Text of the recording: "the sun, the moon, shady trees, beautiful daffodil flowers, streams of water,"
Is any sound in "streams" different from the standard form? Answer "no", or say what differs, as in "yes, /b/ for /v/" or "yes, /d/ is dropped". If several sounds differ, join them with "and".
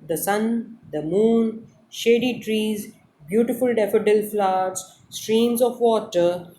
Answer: no